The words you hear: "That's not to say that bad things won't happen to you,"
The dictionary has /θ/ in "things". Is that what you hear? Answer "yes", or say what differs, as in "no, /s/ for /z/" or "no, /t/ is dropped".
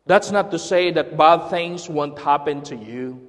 yes